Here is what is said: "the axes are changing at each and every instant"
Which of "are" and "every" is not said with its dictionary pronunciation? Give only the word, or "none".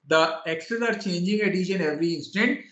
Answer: none